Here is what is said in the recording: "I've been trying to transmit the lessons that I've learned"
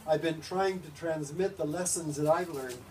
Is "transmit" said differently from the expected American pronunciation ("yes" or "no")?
no